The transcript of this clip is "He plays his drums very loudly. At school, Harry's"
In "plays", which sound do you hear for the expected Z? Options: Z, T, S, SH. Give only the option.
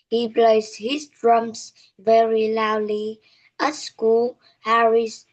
S